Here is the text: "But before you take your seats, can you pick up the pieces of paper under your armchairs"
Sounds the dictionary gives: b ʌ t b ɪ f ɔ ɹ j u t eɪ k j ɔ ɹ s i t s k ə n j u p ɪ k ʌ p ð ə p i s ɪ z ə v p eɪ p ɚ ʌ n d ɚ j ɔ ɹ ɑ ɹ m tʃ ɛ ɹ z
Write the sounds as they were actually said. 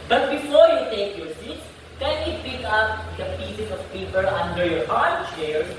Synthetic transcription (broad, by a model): b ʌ t b ɪ f ɔ ɹ j u t eɪ k j ɔ ɹ s i t s k ə n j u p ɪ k ʌ p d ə p i s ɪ s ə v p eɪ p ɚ ʌ n d ɚ j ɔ ɹ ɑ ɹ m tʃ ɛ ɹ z